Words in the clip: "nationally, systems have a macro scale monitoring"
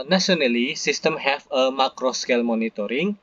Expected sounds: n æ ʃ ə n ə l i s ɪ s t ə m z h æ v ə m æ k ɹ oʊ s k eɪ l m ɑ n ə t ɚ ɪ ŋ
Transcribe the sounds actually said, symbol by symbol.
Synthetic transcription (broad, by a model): n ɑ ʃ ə n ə l i s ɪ s t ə m h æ f ə m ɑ k ɹ oʊ s k eɪ l m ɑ n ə t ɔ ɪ ŋ